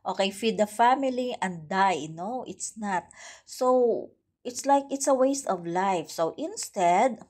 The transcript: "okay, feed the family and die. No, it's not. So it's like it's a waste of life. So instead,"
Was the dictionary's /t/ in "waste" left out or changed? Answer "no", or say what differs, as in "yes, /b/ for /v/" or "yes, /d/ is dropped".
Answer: no